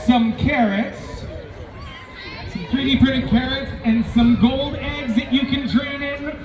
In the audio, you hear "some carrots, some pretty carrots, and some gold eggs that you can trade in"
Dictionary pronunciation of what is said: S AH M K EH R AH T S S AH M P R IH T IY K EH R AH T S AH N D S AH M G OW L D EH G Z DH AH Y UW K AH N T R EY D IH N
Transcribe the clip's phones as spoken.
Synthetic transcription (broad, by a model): S AH M K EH R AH T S S AH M P R IH T IY K EH R AH T S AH N S AH M G OW L D EH G Z DH AH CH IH K AH N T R EY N IH N